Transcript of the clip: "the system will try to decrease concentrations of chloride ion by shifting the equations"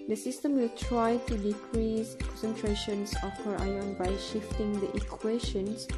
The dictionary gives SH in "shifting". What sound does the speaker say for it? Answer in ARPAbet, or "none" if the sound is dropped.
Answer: SH